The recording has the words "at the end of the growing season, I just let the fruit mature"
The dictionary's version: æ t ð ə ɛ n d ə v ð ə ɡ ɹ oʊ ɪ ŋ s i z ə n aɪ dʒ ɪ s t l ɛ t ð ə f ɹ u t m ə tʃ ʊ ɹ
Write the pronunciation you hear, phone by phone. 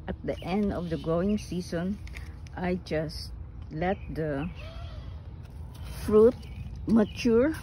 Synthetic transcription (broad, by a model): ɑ t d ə ɛ n d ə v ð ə ɡ oʊ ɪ ŋ s i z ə n aɪ dʒ ɪ s t l ɛ t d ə f ɹ u t m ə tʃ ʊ ɹ